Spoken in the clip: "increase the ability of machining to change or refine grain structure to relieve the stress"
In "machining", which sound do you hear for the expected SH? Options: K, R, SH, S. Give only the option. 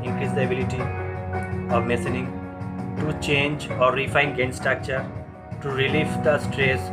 S